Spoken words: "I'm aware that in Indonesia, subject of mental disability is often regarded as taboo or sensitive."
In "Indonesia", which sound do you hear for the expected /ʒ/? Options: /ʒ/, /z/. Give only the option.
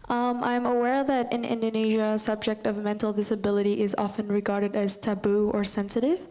/ʒ/